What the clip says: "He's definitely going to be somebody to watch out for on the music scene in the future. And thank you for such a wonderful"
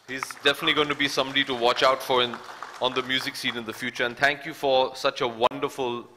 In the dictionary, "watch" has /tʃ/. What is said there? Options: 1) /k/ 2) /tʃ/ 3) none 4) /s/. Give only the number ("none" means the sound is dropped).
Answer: 2